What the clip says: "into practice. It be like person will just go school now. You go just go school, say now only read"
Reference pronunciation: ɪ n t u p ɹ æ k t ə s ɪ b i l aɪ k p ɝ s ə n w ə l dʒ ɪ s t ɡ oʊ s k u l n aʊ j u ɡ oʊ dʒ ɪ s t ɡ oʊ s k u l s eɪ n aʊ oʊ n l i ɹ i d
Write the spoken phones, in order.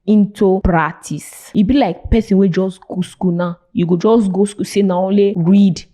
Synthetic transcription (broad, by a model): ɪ n t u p ɹ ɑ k t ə s ɪ b i l aɪ k p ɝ s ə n w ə dʒ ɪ s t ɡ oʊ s k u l n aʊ j u ɡ oʊ dʒ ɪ s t ɡ oʊ s k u s eɪ n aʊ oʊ l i ɹ i d